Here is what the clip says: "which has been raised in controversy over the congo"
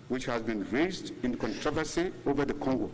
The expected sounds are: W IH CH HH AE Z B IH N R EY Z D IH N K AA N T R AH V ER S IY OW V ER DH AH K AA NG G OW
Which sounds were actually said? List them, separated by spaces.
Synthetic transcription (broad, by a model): W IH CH HH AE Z B IH N R EY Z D IH N K AA N T R AH V ER S IY OW V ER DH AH K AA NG G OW